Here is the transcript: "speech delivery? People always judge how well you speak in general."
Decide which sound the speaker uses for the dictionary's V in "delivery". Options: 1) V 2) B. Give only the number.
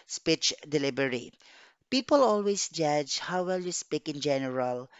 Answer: 2